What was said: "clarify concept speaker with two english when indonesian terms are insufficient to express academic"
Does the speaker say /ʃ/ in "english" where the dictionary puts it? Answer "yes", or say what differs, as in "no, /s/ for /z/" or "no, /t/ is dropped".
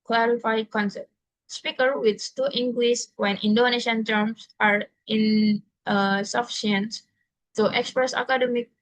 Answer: no, /s/ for /ʃ/